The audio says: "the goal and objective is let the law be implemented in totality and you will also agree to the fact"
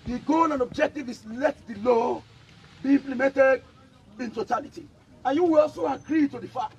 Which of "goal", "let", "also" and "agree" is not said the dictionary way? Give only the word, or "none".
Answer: goal